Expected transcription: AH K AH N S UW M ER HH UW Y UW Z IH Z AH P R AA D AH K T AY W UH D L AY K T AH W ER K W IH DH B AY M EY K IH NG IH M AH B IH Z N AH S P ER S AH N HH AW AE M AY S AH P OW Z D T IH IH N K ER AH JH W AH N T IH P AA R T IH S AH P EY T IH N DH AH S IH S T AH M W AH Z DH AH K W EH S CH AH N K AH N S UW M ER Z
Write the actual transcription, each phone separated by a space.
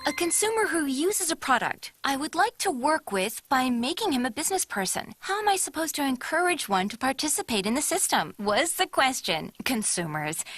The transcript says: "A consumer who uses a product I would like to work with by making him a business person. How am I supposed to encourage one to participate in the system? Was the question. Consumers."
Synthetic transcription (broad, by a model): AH K AH N S UW M ER HH UW Y UW Z IH Z AH P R AA D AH K T AY W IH D L AY K T AH W ER K W IH DH B AY M EY K IH NG IH M AH B IH Z N AH S P ER S AH N HH AW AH M AY S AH P OW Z T IH IH N K ER AH JH W AH N T IH P AA R T IH S AH P EY T IH N DH AH S IH S T AH M W AH Z DH AH K W EH S CH AH N K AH N S UW M ER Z